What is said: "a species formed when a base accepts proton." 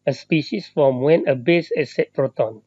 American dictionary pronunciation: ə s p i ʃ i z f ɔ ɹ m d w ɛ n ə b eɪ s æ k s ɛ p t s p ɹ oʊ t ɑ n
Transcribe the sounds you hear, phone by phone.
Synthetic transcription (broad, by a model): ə s p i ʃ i s f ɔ m w ɛ n ə b eɪ s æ s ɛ t p ɹ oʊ t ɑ n